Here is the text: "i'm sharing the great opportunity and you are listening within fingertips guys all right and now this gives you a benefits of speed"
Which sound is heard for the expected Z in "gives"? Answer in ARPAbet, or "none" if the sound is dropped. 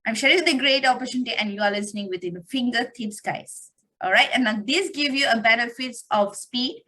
none